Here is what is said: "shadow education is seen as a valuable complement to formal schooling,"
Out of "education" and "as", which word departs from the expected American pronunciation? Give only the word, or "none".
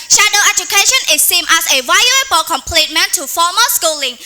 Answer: as